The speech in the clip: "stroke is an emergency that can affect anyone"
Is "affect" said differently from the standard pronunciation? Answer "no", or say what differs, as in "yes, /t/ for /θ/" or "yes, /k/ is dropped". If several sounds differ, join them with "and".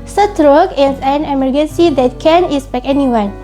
yes, /t/ is dropped